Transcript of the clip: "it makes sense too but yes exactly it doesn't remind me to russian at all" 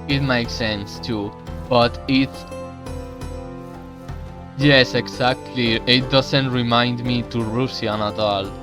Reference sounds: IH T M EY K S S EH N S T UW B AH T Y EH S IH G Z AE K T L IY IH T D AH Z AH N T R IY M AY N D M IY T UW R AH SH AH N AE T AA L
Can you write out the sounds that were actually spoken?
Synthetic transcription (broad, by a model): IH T M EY K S S EH N S T UW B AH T Y EH S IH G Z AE K T L IY IH T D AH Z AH N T R IY M AY N D M IY T UW R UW S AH N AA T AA L